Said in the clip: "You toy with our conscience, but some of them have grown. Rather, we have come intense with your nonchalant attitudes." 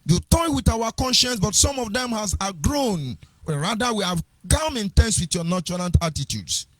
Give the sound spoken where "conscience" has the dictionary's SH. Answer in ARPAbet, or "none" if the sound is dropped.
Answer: SH